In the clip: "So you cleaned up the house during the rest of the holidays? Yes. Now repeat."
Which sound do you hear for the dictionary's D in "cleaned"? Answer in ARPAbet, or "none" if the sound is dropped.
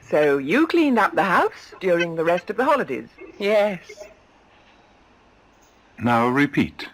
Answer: D